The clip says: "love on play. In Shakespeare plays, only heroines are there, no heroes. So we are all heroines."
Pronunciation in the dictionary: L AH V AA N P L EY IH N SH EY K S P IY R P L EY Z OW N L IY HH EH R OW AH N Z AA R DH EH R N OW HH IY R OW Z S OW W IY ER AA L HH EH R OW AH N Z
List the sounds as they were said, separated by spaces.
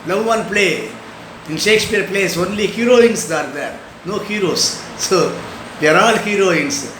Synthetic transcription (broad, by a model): L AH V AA N P L EY IH N SH EY K S P IY R P L EY S OW N L IY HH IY R OW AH N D AA R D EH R N OW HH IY R OW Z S OW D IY ER AA L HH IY R OW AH N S